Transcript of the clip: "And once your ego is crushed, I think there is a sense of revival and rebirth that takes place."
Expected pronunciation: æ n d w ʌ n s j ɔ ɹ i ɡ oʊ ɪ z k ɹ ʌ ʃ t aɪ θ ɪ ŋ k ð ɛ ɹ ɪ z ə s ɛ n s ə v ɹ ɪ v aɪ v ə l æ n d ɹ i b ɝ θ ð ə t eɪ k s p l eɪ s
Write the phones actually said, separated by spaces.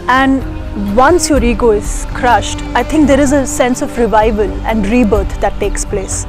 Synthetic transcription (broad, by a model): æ n d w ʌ n s j ɔ ɹ i ɡ oʊ ɪ z k ɹ ʌ ʃ t aɪ t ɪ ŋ k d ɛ ɹ ɪ z ə s ɛ n s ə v ɹ ɪ v aɪ v ə l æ n d ɹ i b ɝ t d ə t eɪ k s p l eɪ s